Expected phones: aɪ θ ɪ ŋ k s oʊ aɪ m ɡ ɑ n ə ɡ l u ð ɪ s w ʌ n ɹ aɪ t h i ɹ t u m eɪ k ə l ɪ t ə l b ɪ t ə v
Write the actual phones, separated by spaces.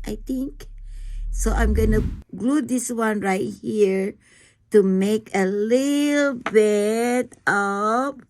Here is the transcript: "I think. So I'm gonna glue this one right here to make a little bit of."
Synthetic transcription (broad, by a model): aɪ t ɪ ŋ k s oʊ aɪ m ɡ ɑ n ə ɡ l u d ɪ s w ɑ n ɹ aɪ t h i ɹ t u m eɪ k ə l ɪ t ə l b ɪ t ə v